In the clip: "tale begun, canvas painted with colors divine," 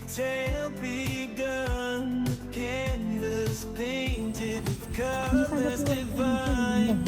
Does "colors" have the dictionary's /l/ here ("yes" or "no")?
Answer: no